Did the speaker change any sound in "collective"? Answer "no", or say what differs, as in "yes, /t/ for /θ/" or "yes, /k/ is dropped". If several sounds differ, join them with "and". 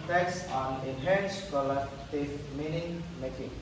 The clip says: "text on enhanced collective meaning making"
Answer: yes, /k/ is dropped and /f/ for /v/